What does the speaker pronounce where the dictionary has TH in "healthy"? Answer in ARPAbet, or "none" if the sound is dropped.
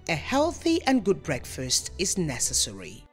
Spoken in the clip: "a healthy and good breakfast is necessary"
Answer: TH